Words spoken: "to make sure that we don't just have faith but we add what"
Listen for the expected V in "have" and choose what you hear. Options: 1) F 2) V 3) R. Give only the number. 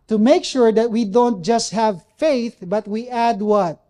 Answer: 2